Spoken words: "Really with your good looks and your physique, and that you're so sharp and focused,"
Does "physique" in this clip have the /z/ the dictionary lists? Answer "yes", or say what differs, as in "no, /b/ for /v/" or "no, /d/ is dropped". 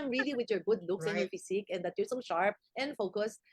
no, /s/ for /z/